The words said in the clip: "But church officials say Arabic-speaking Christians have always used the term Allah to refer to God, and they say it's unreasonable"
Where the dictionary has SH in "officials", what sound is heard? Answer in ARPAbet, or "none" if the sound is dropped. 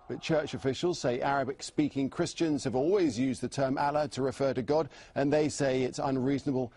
SH